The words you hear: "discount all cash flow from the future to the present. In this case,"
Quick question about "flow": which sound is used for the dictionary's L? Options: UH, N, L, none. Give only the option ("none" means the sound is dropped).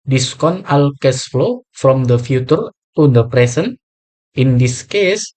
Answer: L